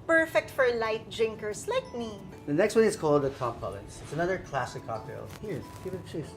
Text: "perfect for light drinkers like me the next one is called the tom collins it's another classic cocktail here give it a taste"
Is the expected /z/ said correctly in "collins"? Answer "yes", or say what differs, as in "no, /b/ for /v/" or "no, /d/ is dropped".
no, /s/ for /z/